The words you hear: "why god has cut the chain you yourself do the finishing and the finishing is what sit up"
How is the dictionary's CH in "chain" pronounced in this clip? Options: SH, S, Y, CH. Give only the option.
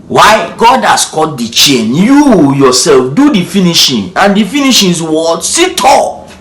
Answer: CH